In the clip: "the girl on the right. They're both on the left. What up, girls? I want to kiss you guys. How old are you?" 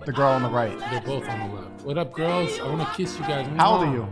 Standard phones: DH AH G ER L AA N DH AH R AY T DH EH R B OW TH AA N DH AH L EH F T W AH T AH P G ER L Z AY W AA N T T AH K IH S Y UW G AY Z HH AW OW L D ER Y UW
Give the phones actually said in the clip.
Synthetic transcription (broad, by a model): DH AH G ER L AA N DH AH R AY T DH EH R B OW TH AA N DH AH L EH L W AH T AH P G ER L Z AY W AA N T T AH K IH S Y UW G AY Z HH AW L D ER Y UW